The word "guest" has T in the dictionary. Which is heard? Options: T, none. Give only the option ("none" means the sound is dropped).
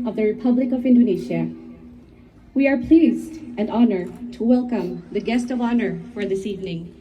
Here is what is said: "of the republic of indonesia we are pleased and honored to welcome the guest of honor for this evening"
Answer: T